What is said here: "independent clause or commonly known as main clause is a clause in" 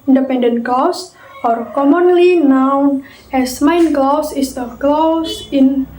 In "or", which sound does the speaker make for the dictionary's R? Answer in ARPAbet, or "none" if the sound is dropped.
R